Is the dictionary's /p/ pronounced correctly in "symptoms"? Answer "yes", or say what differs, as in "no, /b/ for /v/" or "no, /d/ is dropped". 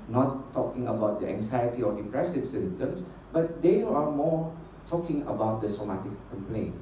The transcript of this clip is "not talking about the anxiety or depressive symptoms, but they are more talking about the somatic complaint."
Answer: no, /p/ is dropped